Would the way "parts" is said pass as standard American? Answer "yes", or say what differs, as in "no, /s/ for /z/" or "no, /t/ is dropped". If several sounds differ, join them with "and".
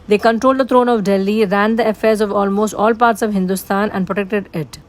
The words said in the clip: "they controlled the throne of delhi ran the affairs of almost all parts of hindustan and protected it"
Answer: yes